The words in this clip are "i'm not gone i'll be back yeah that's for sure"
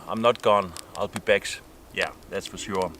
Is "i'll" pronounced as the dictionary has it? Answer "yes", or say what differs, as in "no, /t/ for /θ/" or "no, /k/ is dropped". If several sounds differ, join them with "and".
yes